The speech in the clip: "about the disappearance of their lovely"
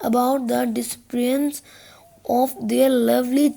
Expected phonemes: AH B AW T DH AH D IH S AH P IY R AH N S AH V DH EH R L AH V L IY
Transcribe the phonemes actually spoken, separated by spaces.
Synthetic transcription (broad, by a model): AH B AW T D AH D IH S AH P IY AH N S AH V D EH R L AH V L IY